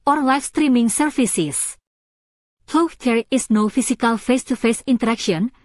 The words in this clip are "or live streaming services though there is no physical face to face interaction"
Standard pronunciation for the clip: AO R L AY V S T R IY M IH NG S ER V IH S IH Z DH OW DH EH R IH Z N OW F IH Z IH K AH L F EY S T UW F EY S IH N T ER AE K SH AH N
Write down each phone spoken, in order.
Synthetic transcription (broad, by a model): AO R L AY F S T R IY M IH NG S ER F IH S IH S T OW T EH R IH S N OW F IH S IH K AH L F EY S T UW F EY S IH N T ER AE K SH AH N